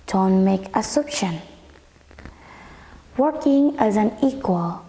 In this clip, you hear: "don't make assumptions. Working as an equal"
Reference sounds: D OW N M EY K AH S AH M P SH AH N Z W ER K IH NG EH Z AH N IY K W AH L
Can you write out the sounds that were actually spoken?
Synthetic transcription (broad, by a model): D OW N M EY K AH S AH P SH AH N W ER K IH NG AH Z AH N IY K W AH L